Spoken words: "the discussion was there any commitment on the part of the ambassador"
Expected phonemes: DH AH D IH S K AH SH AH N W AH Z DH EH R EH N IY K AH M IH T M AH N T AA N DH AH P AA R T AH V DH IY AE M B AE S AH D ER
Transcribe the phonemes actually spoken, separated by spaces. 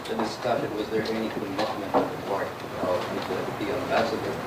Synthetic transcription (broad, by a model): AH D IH S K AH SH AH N W AH Z DH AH R EH N IY K AH M IH T M AH N T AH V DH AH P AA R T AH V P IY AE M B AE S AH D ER